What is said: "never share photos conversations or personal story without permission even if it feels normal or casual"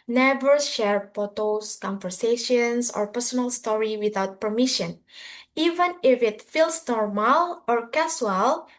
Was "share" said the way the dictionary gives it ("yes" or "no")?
yes